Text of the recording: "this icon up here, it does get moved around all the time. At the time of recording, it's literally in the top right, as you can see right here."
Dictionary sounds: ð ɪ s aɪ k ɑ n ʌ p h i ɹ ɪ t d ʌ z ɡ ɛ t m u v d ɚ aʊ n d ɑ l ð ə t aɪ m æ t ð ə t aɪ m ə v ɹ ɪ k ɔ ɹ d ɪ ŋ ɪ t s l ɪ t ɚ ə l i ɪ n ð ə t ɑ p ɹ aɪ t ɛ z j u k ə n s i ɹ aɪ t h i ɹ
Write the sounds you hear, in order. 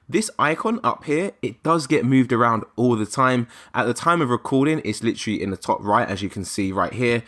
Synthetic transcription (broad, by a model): ð ɪ s aɪ k ɑ n ʌ p h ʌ ɹ ɪ t d ʌ z ɡ ɛ t m u v d ɚ aʊ n d ɑ l ð ə t aɪ m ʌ t ð ə t aɪ m ə v ɹ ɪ k ɔ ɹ d ɪ ŋ ɪ t s l ɪ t ɚ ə l i ɪ n ð ə t ɑ p ɹ aɪ t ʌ z j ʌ k ə n s i ɹ aɪ t h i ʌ